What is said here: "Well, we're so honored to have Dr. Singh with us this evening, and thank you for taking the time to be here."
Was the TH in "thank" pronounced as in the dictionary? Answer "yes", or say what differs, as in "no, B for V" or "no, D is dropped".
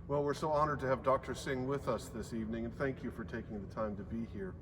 yes